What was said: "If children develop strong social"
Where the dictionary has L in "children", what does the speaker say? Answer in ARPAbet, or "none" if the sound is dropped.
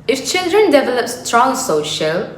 L